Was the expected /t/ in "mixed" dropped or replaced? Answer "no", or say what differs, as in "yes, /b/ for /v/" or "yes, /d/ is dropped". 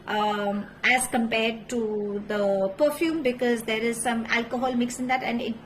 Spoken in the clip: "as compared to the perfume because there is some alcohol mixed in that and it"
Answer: yes, /t/ is dropped